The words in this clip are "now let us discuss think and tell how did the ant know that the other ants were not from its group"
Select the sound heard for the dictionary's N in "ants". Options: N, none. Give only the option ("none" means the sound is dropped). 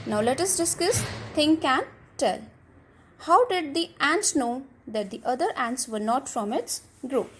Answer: N